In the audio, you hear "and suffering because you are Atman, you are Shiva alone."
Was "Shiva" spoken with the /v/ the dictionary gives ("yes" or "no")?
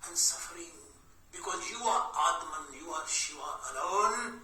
no